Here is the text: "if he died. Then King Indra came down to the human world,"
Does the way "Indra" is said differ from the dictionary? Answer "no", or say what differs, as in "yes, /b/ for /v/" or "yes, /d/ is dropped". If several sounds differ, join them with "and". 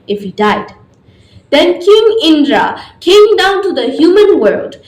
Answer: no